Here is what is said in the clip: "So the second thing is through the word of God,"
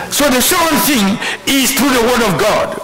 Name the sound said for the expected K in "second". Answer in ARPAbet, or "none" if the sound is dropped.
none